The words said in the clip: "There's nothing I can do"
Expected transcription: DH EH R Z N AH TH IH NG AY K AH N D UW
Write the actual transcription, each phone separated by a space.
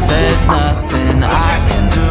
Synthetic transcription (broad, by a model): DH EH R Z N AH TH IH NG AY K AH N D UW